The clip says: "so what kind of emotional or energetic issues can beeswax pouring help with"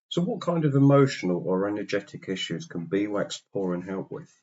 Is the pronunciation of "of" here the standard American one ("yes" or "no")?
yes